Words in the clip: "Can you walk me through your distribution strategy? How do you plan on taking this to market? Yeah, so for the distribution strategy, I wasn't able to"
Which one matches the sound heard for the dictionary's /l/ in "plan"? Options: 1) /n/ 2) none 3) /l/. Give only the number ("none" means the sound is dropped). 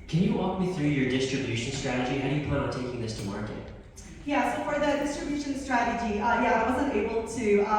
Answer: 2